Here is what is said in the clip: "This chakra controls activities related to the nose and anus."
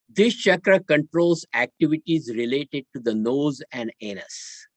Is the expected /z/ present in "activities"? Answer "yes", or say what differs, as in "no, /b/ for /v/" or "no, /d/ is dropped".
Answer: yes